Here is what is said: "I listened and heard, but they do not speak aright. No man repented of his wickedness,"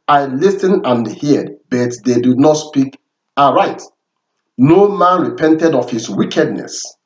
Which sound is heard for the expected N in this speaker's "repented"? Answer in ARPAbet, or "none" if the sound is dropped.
N